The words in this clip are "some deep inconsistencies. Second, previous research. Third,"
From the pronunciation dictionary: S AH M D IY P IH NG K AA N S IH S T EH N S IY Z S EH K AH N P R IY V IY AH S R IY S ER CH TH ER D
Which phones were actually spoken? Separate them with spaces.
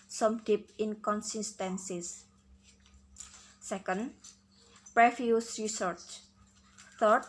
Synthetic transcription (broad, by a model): S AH M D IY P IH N K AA N S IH S T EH N S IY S S EH K AH N P R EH F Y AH S R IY S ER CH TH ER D